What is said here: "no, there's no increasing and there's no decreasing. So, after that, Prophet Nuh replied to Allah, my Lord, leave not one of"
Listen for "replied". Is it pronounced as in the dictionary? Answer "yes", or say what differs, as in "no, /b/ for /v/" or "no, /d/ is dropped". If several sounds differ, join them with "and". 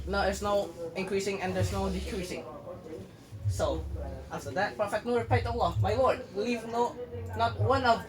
no, /l/ is dropped